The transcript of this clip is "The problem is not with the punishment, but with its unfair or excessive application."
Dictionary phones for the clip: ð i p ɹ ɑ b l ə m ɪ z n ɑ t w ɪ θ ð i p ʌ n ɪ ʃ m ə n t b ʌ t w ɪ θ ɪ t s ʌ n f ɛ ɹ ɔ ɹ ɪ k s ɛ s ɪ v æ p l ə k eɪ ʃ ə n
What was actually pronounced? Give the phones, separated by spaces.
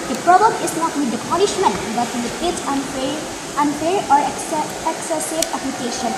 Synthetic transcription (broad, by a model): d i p ɹ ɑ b ə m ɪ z n ɑ t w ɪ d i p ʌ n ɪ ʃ m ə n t b ʌ t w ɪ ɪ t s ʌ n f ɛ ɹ ɔ ɹ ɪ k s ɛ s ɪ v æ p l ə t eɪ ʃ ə n